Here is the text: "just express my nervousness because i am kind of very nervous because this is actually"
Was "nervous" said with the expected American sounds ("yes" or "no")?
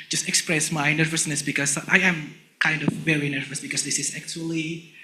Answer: yes